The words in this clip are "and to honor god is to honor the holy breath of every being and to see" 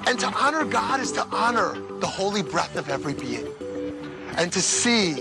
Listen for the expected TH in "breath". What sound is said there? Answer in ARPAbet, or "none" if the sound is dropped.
TH